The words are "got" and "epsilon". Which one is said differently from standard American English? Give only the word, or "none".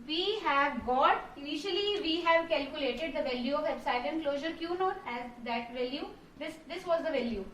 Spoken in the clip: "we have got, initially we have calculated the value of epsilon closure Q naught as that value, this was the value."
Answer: epsilon